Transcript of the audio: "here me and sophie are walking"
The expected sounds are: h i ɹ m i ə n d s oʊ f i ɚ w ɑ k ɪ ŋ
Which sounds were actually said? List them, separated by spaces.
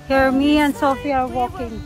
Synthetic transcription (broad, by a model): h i ɹ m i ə n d s oʊ f i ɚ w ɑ k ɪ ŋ